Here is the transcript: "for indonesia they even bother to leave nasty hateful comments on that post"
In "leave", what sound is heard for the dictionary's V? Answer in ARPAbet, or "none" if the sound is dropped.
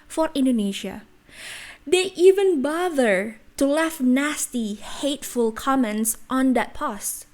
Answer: F